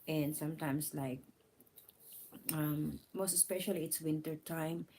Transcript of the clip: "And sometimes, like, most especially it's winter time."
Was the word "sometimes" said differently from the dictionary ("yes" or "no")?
yes